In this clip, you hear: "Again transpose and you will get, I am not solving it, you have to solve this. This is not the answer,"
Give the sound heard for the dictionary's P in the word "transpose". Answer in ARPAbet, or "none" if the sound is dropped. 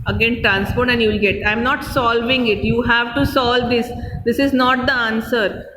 F